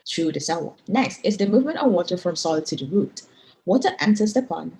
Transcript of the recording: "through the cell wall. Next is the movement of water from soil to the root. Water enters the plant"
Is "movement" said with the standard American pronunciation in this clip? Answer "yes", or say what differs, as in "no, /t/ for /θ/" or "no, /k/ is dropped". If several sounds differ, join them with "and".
yes